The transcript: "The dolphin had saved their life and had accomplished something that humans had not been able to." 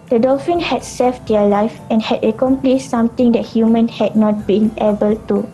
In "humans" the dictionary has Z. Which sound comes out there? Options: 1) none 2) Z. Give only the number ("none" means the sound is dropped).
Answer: 1